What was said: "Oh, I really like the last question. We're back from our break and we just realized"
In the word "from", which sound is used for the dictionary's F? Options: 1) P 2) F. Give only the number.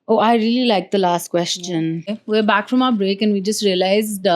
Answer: 2